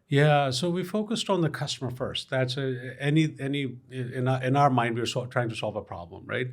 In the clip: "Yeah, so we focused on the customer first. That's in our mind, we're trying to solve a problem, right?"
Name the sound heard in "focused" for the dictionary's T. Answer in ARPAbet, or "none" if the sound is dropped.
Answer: T